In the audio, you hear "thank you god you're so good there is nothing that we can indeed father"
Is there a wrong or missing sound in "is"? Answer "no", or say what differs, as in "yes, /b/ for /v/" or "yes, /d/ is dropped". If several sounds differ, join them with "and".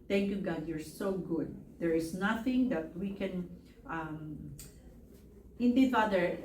yes, /s/ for /z/